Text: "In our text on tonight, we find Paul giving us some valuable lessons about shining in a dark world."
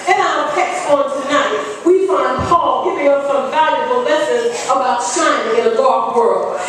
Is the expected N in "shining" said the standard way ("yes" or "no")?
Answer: no